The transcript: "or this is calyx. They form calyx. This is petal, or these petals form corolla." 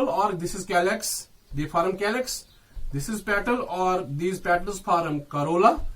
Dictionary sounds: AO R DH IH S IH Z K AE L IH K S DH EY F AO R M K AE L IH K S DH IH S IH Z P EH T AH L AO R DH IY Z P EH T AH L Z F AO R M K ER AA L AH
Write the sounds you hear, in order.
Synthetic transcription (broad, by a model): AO R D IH S IH Z K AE L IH K S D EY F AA R M K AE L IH K S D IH S IH Z P EH T AH L AO R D IY Z P EH T AH L Z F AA R M K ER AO L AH